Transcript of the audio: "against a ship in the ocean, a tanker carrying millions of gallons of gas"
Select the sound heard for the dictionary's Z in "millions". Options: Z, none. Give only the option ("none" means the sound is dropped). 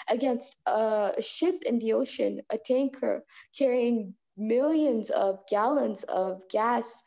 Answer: Z